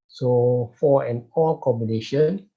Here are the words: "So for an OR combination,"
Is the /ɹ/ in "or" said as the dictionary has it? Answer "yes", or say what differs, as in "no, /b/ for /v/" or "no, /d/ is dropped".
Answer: no, /l/ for /ɹ/